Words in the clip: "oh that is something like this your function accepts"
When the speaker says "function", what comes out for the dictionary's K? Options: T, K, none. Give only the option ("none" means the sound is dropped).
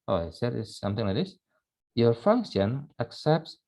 K